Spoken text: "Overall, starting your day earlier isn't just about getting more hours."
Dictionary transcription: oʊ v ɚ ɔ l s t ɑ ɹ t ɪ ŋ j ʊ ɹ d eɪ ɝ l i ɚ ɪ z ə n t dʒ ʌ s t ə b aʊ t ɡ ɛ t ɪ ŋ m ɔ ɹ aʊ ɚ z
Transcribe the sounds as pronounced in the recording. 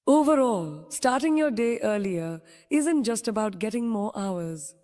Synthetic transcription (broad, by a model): oʊ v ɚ ɔ l s t ɑ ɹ t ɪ ŋ j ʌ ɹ d eɪ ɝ l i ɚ ɪ z ə n t dʒ ʌ s t ə b aʊ t ɡ ɛ t ɪ ŋ m ɔ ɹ aʊ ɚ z